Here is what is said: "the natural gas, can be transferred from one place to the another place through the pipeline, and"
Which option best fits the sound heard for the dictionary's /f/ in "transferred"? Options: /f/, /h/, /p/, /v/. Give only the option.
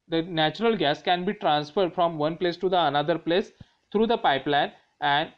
/f/